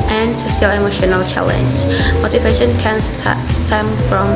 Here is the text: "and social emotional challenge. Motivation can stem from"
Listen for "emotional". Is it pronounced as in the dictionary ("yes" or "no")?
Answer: yes